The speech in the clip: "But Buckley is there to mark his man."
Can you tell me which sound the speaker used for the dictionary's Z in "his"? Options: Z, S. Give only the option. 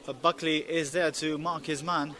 Z